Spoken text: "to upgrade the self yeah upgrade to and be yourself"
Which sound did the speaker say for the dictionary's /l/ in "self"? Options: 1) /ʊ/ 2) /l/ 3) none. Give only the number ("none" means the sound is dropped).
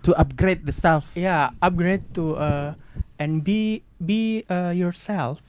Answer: 2